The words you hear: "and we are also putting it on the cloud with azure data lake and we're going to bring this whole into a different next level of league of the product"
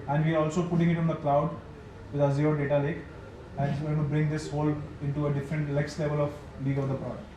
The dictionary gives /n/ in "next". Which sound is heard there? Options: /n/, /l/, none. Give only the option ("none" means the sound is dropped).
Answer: /l/